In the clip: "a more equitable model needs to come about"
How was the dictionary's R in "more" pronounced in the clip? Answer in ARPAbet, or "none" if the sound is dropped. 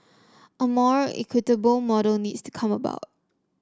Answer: R